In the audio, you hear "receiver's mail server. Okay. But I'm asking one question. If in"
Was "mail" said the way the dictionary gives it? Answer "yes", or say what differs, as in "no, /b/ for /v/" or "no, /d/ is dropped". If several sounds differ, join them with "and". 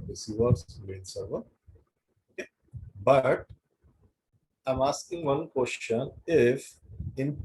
no, /n/ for /l/